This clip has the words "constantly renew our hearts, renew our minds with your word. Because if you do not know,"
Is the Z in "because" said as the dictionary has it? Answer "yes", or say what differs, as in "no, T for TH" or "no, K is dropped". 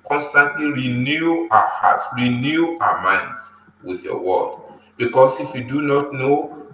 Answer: no, S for Z